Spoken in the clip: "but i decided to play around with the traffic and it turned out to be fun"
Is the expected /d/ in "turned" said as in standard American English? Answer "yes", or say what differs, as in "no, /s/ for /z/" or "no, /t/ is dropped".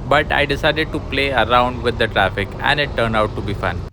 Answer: no, /d/ is dropped